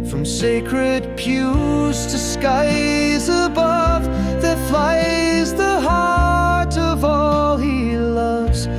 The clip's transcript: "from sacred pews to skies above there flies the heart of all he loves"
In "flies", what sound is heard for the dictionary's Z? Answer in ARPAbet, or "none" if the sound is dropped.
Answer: Z